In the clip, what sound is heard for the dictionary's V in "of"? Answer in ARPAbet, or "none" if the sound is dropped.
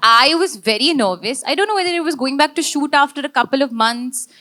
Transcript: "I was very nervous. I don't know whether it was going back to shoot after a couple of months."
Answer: V